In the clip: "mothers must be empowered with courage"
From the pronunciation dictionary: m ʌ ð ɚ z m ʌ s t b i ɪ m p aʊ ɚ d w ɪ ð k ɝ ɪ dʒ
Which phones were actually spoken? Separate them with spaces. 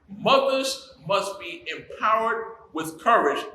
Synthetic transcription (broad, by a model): m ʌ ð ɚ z m ʌ s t b i ɪ m p aʊ ɚ d w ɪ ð k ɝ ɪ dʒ